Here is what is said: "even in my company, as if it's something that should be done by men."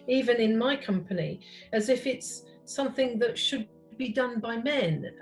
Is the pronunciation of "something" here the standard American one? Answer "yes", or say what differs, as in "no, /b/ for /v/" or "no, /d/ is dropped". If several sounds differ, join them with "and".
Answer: yes